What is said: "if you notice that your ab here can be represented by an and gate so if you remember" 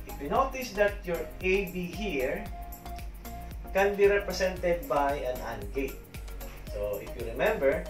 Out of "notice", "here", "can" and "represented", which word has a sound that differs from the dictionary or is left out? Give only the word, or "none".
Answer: represented